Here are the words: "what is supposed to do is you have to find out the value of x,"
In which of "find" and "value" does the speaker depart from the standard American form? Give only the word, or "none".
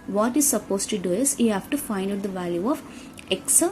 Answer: none